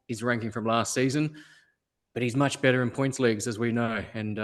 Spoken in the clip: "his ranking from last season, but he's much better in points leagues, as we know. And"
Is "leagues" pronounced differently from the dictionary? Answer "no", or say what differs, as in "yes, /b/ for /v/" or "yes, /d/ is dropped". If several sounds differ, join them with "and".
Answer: no